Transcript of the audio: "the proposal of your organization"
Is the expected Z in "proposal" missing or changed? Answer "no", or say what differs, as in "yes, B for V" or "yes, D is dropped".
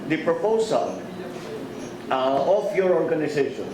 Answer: yes, S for Z